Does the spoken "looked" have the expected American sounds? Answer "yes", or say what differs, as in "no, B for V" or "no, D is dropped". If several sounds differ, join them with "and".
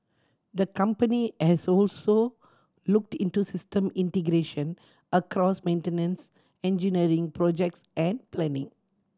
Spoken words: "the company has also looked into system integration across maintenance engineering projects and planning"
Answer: yes